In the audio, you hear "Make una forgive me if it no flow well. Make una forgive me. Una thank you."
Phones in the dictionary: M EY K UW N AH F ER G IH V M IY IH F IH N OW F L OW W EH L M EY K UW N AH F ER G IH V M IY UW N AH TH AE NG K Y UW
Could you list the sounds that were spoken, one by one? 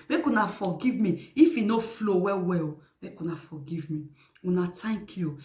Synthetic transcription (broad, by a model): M EY K UW N AH F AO G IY V M IY IH F IH N OW F L OW W EH L M EY K UW N AH F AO G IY V M IY UW N AH T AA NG K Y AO